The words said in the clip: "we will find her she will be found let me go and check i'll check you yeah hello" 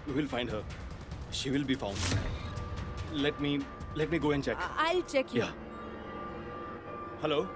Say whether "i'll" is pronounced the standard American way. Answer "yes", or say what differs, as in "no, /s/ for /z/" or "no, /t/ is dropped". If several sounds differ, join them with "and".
yes